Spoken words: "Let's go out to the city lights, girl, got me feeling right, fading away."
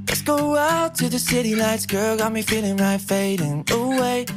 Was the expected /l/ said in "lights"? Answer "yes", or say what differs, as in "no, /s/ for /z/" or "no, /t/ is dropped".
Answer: no, /n/ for /l/